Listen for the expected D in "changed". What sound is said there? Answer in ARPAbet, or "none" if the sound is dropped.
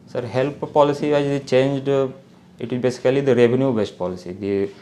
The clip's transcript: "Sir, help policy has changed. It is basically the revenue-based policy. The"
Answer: D